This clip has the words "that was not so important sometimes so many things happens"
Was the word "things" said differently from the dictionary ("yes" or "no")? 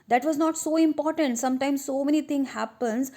yes